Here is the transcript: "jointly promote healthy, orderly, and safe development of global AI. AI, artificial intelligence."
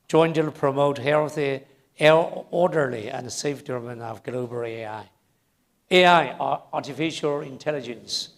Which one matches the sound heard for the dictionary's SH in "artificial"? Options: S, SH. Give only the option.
SH